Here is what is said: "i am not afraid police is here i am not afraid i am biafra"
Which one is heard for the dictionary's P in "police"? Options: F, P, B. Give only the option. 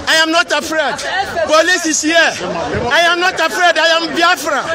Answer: B